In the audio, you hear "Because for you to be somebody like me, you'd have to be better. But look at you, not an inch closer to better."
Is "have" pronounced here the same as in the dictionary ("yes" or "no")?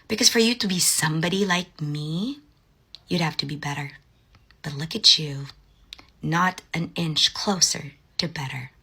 no